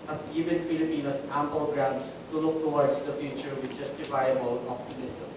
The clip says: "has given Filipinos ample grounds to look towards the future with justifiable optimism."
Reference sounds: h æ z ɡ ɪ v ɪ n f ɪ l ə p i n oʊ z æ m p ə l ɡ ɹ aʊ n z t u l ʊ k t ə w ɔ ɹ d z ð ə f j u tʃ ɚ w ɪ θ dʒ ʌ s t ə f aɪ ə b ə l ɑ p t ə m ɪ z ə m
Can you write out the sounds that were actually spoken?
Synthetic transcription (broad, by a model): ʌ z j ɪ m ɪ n f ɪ l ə p i n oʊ s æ m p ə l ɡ ɹ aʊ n s t u l ʊ k t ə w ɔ ɹ d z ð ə f j u tʃ ɚ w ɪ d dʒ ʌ s t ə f aɪ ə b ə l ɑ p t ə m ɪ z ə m